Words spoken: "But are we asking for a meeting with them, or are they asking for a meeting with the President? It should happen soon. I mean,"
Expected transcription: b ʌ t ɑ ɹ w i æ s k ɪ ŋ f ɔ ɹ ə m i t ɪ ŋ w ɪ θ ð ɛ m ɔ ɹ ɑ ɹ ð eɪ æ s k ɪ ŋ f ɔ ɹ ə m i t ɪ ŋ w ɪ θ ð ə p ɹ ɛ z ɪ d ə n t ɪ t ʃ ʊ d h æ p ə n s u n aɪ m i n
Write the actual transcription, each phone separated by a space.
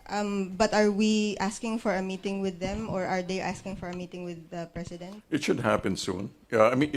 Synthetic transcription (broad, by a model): b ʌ t ɑ ɹ w i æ s k ɪ ŋ f ɔ ɹ ə m i t ɪ ŋ w ɪ ð ɛ m ɔ ɹ ɑ ɹ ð eɪ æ s k ɪ ŋ f ɔ ɹ ə m i t ɪ ŋ w ɪ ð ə p ɹ ɛ s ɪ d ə n t ɪ t ʃ ʊ d h æ p ə n s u n aɪ m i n